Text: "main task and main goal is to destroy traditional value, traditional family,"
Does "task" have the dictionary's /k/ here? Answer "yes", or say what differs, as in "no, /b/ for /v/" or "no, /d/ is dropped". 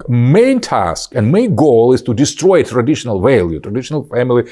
yes